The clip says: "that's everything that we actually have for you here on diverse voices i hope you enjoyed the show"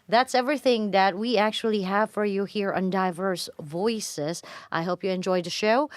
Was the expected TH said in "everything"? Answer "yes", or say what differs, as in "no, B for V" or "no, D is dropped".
yes